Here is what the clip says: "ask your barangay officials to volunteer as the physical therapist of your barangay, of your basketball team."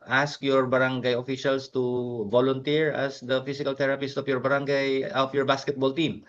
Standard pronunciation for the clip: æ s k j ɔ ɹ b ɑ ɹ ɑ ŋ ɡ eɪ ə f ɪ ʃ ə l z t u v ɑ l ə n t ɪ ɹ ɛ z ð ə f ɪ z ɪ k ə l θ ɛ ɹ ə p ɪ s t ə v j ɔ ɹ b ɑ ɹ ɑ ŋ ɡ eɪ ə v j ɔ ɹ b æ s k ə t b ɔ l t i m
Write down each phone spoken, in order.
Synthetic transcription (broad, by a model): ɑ s k j ɔ ɹ b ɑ ɹ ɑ ŋ ɡ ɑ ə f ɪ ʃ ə l s t u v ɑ l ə n t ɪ ɹ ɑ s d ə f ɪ s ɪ k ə l t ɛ ɹ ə p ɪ s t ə f j ɔ ɹ b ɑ ɹ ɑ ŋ ɡ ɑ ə f j ɔ ɹ b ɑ s k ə t b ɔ l t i m